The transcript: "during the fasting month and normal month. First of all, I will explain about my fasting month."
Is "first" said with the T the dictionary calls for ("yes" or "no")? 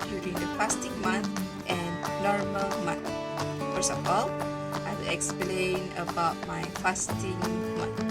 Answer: no